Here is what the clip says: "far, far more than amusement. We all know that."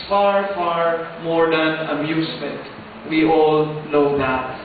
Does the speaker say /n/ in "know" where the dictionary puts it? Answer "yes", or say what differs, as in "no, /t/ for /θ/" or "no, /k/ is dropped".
no, /l/ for /n/